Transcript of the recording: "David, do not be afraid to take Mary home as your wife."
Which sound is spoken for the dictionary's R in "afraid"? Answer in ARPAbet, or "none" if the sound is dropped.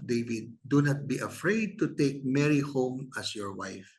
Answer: R